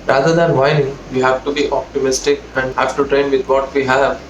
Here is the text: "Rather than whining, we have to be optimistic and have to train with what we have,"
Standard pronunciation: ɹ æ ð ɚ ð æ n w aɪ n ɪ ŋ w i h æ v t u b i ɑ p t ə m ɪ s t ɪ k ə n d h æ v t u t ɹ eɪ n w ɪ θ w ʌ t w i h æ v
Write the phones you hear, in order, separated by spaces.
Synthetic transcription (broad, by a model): ɹ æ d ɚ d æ n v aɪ ɪ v i h æ v t u b i ɑ p t ə m ɪ s t ɪ k ə n d h æ v t u t ɹ eɪ n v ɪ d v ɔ t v i h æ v